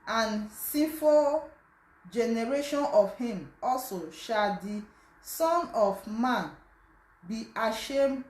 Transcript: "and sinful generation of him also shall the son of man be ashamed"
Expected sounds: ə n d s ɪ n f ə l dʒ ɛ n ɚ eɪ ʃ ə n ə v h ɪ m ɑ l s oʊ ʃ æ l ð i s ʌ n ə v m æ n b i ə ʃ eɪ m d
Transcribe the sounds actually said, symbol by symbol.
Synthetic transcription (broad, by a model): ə n s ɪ f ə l dʒ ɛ n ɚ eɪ ʃ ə n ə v h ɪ m ɑ l s oʊ ʃ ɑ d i s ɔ n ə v m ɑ n b i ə ʃ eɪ m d